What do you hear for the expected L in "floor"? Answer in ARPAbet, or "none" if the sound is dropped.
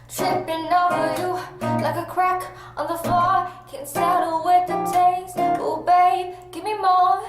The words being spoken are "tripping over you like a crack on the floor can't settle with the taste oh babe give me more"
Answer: none